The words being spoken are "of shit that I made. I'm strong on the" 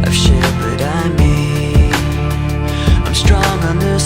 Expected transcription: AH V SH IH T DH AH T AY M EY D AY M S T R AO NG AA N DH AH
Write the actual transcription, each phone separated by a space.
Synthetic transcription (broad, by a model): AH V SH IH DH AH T AY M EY AY M S T R AO NG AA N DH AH